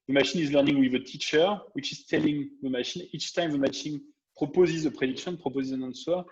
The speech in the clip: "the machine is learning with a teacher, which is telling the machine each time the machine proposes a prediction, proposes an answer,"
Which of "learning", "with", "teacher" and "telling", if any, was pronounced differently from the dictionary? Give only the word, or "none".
none